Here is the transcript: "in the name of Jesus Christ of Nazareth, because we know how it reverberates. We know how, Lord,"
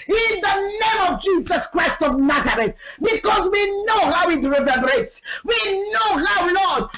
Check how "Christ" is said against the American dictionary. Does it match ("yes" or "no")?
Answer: yes